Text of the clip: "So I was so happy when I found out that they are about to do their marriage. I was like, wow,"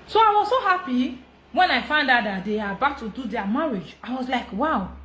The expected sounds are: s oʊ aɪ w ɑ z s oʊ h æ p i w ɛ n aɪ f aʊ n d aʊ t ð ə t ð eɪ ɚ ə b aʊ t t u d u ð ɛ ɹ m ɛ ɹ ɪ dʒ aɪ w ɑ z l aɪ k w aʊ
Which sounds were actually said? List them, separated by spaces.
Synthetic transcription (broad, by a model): s oʊ aɪ w ɑ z s oʊ h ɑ p i w ɛ n aɪ f aʊ n d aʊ t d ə t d eɪ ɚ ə b aʊ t t u d u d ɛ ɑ m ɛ ɹ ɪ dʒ aɪ w ɑ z l aɪ k w aʊ